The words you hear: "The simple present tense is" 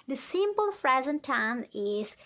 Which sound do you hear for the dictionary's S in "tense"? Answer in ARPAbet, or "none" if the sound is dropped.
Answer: none